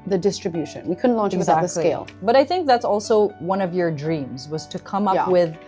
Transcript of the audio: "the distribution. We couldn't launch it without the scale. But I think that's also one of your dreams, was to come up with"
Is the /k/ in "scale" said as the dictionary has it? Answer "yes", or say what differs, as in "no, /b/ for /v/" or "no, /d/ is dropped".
no, /k/ is dropped